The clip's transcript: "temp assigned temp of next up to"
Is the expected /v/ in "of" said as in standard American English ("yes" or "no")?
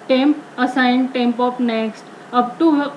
no